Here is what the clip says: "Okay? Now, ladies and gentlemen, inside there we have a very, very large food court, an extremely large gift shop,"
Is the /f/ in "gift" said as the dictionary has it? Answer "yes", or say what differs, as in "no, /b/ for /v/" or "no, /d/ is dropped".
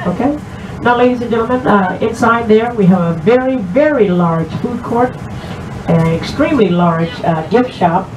yes